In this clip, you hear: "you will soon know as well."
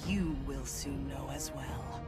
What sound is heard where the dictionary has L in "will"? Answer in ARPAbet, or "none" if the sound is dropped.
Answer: L